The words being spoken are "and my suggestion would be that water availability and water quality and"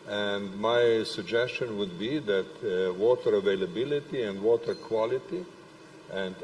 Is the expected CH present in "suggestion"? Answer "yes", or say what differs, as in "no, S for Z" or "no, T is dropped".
yes